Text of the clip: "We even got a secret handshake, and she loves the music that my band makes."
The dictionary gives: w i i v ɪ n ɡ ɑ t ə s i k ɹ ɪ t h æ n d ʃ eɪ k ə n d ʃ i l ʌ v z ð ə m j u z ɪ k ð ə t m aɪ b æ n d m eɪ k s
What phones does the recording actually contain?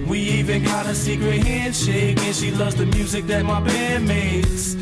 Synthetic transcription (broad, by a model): w i i v ɪ n ɡ ɑ t ə s i k ɹ ɪ t h æ n d ʃ eɪ k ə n ʃ i l ʌ v z ð ə m j u z ɪ k ð ə t m aɪ b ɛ d m eɪ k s